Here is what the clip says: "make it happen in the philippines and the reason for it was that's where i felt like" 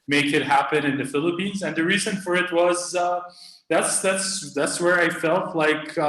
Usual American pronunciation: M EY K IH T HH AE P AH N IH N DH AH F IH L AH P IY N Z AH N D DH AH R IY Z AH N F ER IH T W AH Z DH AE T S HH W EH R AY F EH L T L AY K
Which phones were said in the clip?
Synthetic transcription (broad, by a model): M EY K IH T HH AE P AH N IH N DH AH F IH L AH P IY N Z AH N DH AH R IY Z AH N F ER IH T W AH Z DH AE T S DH W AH R AY F EH L T L AY K